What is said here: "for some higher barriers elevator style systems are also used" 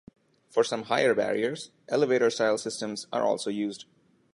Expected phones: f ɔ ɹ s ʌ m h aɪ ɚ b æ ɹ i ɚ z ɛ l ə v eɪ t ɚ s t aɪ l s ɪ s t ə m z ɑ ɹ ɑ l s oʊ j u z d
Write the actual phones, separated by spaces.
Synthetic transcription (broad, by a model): f ɔ ɹ s ʌ m h aɪ ɚ b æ ɹ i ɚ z ɛ l ə v eɪ t ɚ s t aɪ l s ɪ s t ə m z ɑ ɹ ɑ l s oʊ j u z d